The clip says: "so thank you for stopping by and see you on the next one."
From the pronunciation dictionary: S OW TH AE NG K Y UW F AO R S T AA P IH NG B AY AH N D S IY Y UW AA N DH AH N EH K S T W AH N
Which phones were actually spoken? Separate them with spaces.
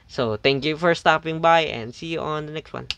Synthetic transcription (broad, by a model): S OW T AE NG K Y UW F AO R S T AA P IH NG B AY AH N D S IY Y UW AA N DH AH N EH K S T W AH N